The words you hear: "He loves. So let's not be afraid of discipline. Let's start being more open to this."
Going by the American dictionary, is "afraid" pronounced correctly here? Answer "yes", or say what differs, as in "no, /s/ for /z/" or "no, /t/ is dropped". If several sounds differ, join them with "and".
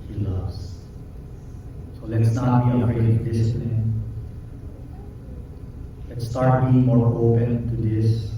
no, /f/ is dropped